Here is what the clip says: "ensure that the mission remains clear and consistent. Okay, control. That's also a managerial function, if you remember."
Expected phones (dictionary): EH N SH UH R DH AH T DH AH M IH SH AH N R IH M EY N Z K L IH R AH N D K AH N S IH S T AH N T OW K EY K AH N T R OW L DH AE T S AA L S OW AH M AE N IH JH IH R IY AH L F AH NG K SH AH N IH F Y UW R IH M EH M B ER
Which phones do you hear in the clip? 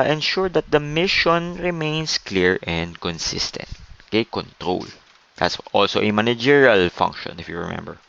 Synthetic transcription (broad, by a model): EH N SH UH R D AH T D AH M IH SH AH N R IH M EY N S K L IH R AH N D K AH N S IH S T AH N T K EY K AH N T R OW L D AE T S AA L S OW AH M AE N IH JH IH R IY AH L F AH NG K SH AH N IH F Y UW R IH M EH M B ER